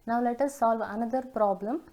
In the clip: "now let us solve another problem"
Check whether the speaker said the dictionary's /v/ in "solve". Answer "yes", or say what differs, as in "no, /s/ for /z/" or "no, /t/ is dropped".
yes